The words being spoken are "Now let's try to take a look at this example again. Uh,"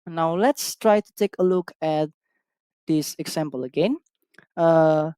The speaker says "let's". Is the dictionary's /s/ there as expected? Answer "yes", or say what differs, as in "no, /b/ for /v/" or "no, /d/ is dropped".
yes